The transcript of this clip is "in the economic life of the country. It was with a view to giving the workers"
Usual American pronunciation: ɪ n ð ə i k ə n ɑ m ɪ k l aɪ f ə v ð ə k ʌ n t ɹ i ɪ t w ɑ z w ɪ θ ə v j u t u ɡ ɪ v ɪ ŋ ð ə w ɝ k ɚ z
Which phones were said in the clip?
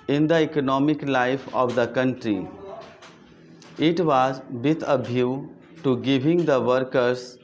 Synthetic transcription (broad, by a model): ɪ n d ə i k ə n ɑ m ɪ k l aɪ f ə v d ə k ʌ n t ɹ i ɪ t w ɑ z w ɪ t ə b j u t u ɡ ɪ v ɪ ŋ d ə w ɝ k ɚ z